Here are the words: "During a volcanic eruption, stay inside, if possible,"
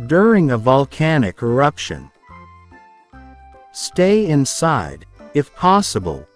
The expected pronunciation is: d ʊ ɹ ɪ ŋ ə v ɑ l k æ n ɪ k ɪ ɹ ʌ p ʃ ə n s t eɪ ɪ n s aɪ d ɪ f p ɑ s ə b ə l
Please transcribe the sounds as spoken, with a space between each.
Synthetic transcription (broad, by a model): d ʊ ɹ ɪ ŋ ə v ɑ l k æ n ɪ k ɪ ɹ ʌ p ʃ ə n s t eɪ ɪ n s aɪ d ɪ f p ɑ s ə b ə l